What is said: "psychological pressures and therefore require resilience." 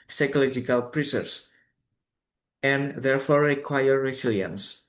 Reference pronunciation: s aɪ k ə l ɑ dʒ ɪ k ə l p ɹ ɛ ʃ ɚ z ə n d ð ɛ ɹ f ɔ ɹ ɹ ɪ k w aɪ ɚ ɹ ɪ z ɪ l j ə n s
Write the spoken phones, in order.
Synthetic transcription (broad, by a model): s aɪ k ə l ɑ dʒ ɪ k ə l p ɹ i s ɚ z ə n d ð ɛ ɹ f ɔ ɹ ɹ ɪ k w aɪ ɚ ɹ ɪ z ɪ l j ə n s